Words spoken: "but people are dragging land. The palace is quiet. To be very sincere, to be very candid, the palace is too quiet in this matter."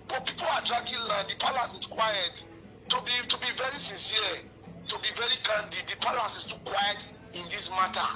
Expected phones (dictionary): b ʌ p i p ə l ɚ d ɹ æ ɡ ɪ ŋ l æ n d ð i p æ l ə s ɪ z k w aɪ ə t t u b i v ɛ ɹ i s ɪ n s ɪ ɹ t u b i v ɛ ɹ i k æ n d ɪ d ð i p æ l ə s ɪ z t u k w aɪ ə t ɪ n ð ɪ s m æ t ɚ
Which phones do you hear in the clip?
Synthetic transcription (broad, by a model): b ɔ p i p ə l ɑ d ɹ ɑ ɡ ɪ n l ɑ d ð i p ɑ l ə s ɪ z k w aɪ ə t t u b i v ɛ ɹ i s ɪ n s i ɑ t u b i v ɛ ɹ i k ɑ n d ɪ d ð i p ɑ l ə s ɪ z t u k w aɪ ə t ɪ n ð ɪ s m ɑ t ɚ